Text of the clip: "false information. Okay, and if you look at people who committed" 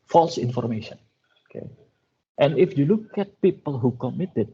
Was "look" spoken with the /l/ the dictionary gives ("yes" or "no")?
yes